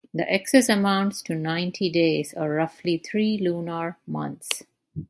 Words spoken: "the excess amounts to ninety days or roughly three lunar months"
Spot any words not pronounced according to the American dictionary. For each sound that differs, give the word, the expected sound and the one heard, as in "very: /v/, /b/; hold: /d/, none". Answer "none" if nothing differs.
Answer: three: /θ/, /t/; months: /θ/, /t/